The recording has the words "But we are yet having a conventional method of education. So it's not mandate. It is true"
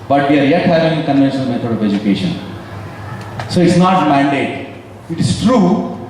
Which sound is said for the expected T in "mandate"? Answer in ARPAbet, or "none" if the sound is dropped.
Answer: T